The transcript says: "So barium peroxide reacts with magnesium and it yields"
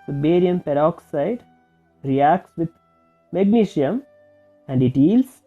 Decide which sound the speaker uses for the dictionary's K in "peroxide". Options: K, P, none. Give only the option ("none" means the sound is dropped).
K